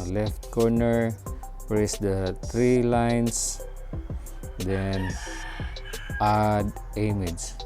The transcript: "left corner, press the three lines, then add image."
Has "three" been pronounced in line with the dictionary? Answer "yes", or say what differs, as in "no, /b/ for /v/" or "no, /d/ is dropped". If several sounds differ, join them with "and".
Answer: no, /t/ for /θ/